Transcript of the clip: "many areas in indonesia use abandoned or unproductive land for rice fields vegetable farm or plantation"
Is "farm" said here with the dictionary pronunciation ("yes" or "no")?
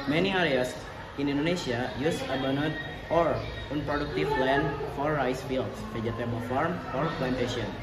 yes